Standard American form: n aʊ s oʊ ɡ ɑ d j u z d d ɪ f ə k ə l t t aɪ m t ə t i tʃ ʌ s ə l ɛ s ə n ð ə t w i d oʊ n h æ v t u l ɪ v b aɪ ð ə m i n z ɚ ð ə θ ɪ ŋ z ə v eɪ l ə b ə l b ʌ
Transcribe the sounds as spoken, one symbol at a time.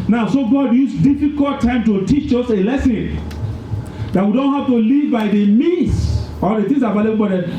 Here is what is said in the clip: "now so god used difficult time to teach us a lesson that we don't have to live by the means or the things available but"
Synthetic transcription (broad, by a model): n aʊ s oʊ ɡ ɑ d j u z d d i f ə k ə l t t aɪ m t ə t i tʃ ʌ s ə l ɛ s ə n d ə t w i d oʊ n h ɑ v t u l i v b aɪ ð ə m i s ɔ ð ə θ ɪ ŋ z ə b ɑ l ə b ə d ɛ